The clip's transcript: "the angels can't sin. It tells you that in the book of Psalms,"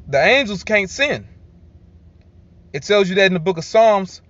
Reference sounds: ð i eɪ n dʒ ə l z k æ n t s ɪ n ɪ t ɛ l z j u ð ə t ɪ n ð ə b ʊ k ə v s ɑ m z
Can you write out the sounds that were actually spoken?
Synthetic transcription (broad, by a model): ð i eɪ n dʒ l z k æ n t s ɪ n ɪ t ɛ l z j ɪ ð ə t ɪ n ð ə b ʊ k ə v s ɑ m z